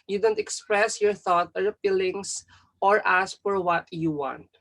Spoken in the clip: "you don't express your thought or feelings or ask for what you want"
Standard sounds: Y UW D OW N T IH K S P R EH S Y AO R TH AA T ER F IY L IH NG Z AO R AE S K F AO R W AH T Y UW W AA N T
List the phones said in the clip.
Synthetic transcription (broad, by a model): Y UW D OW N T IH K S P R EH S Y AO R TH AA T ER P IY L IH NG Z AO R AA S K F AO R W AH T Y UW W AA N T